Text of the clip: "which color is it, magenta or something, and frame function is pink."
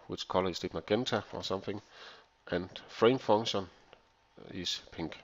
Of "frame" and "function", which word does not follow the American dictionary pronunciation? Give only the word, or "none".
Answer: function